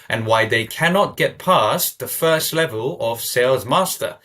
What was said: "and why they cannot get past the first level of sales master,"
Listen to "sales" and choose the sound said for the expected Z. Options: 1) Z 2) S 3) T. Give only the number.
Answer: 1